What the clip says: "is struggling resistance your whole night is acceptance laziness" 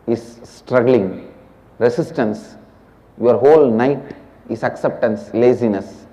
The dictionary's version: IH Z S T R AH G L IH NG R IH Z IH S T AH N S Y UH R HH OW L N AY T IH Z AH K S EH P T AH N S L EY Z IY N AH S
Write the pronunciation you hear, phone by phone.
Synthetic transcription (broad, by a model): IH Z S T R AH G L IH NG R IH S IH S T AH N S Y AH R HH OW L N AY T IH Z AH K S EH P T AH N S L EY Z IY N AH S